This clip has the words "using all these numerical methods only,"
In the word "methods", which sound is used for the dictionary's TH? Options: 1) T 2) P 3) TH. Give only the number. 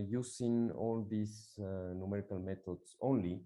1